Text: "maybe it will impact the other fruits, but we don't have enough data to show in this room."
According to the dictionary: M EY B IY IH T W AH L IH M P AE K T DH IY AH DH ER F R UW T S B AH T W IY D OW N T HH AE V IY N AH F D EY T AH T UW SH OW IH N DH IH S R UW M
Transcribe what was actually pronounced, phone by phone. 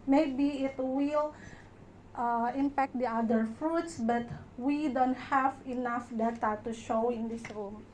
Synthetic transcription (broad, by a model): M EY B IY IH T W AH L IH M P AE K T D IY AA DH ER F R UW T S B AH T W IY D OW N T HH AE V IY N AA F D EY T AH T UW SH OW IH N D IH S R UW M